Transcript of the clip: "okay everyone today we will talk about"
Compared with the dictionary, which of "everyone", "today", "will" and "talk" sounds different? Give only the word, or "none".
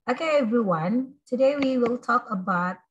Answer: none